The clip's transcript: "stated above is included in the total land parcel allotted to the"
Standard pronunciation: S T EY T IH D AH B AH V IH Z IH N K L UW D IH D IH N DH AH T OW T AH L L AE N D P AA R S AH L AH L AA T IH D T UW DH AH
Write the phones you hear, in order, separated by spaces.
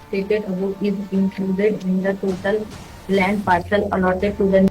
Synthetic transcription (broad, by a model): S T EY T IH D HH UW IH Z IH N K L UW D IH D IH N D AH T OW T AH L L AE N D P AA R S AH L AH L AA T IH D T UW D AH